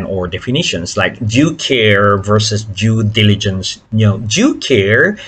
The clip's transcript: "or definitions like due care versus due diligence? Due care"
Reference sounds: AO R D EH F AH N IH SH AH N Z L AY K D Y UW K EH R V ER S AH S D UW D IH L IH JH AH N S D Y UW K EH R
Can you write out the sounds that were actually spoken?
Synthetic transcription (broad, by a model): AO R D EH F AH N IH SH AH N S L AY K D Y UW K EH R V ER S AH S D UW D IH L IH JH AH N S D Y UW K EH R